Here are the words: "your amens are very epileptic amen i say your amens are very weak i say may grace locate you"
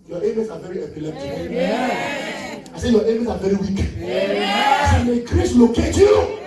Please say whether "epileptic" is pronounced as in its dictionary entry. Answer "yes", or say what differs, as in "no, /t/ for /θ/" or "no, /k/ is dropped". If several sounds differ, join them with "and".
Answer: no, /k/ is dropped